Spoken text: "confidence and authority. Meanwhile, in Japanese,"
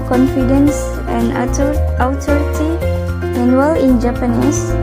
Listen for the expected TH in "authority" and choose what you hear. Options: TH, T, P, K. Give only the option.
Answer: T